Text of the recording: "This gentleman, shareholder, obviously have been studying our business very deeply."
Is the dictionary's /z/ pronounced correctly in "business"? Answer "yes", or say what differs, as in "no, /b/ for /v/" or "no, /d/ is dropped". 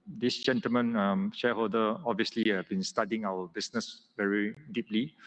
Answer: no, /s/ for /z/